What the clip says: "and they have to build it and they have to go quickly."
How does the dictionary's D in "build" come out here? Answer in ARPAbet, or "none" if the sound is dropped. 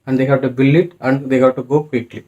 none